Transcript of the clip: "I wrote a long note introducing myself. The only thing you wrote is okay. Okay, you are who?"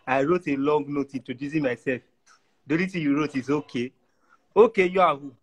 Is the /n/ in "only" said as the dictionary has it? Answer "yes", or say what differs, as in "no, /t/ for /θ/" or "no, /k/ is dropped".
no, /n/ is dropped